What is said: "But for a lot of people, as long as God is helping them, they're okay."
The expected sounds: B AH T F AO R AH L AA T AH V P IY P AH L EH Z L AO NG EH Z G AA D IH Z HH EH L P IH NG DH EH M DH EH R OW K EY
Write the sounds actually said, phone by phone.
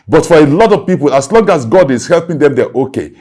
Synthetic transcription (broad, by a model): B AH T F AO R AH L AA T AH V P IY P AH L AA S L AO NG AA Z G AA D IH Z HH EH L P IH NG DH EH M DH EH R OW K EY